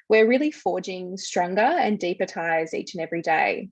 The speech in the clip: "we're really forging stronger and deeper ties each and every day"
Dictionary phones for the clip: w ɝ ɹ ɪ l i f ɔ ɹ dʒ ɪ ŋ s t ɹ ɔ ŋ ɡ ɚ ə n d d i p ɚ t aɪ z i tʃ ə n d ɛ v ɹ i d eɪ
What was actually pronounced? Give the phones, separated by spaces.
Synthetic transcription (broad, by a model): w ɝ ɹ ɪ l i f ɔ ɹ dʒ ɪ ŋ s t ɹ ɔ ŋ ɡ ɚ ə n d d i p ɚ t aɪ z i tʃ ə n ɛ v ɹ i d eɪ